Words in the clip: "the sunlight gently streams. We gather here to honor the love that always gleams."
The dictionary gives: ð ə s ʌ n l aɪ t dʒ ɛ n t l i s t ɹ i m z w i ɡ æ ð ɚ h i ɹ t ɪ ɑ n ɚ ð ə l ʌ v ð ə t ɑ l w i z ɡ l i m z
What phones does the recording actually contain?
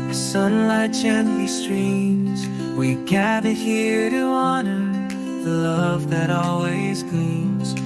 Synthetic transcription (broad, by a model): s ə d n l aɪ t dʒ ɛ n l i s t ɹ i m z w i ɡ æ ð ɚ h i ɹ t ɪ ɑ n ɚ ð ə l ʌ v ð ə t ɑ l w i z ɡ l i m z